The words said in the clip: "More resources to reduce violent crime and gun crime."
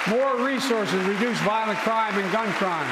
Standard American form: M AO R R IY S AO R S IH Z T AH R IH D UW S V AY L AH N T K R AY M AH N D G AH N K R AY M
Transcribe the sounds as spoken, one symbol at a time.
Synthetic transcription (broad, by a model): M AO R R IY S AO R S IH Z R IH D UW S V AY L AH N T K R AY M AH N G AH N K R AY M